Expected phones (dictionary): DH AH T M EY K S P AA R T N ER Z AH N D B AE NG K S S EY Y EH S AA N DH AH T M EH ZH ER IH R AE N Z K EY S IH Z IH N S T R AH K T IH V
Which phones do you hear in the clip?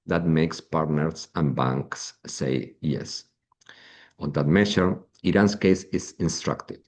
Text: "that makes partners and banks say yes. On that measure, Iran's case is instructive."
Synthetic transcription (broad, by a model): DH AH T M EY K S P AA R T N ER S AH N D B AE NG K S S EY Y EH S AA N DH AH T M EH SH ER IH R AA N S K EY S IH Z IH N S T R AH K T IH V